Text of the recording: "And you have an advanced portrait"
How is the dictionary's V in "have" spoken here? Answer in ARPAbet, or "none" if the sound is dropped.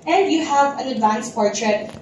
V